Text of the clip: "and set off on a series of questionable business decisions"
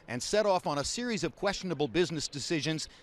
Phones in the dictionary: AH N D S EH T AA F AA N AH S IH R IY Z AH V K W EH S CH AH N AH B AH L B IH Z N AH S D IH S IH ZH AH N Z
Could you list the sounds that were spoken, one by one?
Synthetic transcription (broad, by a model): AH N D S EH T AA F N AH S IH R IY Z AH V K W EH S CH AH N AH B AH L B IH Z N AH S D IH S IH ZH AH N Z